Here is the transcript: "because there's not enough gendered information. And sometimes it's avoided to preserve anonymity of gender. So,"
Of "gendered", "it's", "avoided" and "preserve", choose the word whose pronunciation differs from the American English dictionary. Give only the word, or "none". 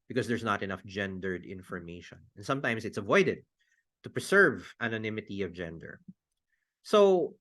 preserve